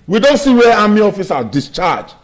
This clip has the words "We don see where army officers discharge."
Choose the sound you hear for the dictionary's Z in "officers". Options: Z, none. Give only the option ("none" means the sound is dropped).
none